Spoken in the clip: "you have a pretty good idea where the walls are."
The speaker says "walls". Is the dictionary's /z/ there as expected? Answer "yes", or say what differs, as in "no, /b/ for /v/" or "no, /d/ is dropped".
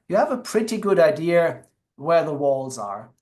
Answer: yes